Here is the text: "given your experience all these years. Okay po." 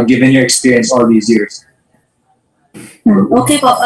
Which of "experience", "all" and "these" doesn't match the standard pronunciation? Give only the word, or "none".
none